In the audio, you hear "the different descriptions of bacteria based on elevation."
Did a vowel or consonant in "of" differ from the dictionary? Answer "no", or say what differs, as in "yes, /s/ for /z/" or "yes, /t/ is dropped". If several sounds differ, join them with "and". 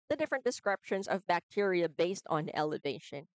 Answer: no